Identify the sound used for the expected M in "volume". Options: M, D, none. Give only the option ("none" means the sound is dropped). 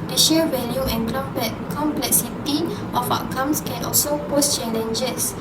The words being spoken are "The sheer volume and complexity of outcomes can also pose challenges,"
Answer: none